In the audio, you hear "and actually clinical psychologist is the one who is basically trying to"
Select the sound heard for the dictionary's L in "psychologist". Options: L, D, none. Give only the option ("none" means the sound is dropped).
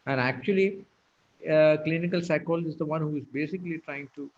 none